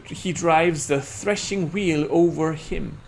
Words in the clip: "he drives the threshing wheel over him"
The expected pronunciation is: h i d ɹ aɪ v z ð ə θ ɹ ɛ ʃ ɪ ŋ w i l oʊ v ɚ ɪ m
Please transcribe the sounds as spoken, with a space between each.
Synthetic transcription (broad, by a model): h i d ɹ aɪ v z ð ə θ ɹ ɛ ʃ ɪ ŋ w i l oʊ v ɚ ɪ m